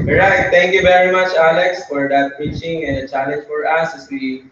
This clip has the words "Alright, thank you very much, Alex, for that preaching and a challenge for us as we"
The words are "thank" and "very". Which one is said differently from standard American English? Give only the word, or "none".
thank